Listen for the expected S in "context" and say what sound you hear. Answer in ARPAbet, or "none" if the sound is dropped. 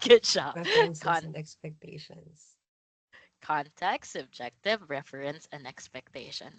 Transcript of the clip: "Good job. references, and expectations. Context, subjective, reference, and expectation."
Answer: none